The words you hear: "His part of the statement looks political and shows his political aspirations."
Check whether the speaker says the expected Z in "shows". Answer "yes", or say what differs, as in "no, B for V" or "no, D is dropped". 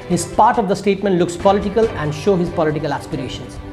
no, Z is dropped